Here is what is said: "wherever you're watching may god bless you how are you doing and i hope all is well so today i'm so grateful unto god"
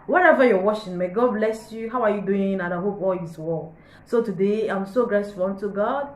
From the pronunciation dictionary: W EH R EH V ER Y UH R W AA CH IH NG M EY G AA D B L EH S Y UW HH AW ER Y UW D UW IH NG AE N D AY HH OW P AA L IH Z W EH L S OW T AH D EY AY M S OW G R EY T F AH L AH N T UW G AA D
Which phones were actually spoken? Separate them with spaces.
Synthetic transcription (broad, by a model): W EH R EH V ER Y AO W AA SH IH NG M EY G AA D B L EH S Y UW HH AW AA Y UW D UW IH NG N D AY HH OW P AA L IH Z W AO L S OW T AH D EY AY M S OW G R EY S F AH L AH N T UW G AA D